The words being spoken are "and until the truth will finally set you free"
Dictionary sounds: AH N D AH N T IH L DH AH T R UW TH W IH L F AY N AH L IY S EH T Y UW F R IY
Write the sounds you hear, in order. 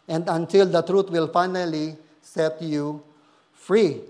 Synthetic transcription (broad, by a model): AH N D AH N T IH L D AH T R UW T W IH L F AY N AH L IY S EH T Y UW F R IY